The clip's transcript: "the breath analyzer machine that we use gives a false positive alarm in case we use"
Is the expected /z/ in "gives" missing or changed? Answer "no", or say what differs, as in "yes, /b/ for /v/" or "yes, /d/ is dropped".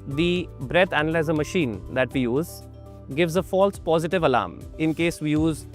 no